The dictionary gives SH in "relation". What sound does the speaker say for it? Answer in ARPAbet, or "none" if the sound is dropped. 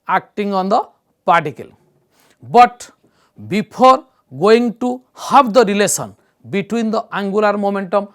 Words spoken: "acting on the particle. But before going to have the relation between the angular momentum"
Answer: S